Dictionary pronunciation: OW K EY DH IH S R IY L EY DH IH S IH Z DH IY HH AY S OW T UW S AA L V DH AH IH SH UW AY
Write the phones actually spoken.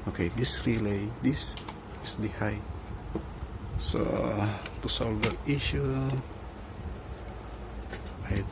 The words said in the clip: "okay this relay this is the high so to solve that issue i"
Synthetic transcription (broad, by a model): OW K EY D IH S R IY L EY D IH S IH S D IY HH AY S OW T UW S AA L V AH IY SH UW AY